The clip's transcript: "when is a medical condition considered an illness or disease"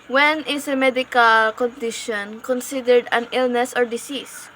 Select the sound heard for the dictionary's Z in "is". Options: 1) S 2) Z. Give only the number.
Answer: 1